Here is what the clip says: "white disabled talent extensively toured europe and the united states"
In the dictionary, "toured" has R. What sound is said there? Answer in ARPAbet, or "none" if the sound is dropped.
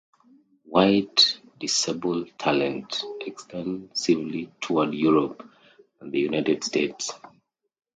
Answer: W